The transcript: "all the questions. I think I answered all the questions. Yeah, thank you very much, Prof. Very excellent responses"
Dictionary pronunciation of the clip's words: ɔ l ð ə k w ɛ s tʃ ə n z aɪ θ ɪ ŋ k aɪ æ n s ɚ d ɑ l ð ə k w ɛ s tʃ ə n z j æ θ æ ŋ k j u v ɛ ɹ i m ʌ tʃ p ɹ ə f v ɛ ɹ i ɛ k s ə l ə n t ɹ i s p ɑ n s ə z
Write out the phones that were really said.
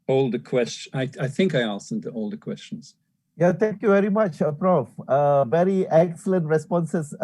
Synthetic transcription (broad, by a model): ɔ l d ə k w ɛ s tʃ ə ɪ aɪ θ ɪ ŋ k aɪ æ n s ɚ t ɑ l ð ə k w ɛ s tʃ ə n z j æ t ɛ ŋ k j u v ɛ ɹ i m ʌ tʃ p ɹ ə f v ɛ ɹ i ɛ k s ə l ə n t ɹ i s p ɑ n s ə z